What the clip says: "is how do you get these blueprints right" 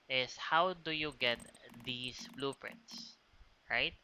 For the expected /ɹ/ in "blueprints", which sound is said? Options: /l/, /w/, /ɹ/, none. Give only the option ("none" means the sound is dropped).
/ɹ/